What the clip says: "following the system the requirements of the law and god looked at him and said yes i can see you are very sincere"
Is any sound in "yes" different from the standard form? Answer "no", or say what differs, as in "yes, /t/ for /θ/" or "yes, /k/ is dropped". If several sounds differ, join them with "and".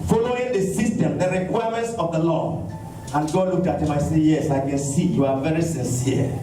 no